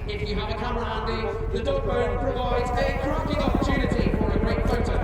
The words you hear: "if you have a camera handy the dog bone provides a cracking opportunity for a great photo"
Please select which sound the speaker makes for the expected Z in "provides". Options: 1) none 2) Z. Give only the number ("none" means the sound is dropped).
2